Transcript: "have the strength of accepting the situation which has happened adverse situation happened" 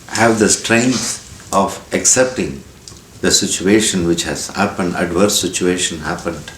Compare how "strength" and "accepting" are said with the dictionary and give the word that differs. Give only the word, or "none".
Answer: strength